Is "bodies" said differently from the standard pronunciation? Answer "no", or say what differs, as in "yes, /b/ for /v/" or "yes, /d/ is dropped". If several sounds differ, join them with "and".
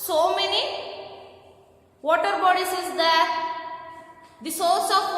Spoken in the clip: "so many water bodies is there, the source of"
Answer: yes, /s/ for /z/